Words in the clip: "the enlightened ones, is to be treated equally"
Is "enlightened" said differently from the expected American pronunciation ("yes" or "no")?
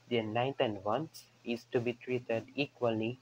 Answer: yes